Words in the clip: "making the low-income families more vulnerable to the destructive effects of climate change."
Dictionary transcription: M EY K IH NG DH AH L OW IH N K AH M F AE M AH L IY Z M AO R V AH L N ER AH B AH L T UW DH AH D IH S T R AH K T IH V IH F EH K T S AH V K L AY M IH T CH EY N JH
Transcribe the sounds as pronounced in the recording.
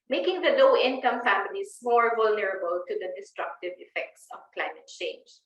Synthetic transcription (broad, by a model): M EY K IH NG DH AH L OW IH N K AH M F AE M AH N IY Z M AO R V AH L N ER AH B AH L T UW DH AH D IH S T R AH K T IH V IH F EH K T S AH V K L AY M IH T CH EY N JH